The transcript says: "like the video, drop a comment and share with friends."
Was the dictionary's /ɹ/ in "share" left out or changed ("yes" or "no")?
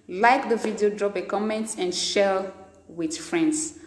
yes